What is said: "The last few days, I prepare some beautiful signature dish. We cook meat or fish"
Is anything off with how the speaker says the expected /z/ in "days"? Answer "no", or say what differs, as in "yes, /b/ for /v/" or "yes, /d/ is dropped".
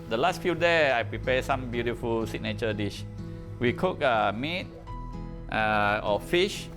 yes, /z/ is dropped